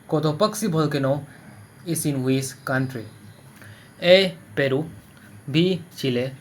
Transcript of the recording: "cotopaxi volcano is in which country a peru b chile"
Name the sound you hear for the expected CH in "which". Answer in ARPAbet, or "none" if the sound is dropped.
S